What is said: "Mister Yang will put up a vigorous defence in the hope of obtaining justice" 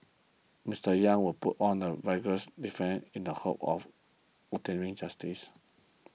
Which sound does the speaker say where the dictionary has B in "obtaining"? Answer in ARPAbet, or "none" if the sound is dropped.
none